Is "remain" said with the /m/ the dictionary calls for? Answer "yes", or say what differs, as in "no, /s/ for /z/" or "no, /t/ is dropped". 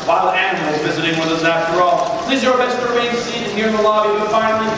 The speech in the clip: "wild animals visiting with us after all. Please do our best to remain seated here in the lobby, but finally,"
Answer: no, /m/ is dropped